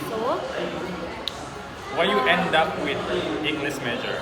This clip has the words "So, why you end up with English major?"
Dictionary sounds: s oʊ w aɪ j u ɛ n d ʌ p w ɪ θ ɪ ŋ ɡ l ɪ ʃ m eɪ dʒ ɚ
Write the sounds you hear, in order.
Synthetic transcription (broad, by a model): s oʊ w aɪ j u ɛ n d ʌ p w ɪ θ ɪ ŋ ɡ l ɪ s m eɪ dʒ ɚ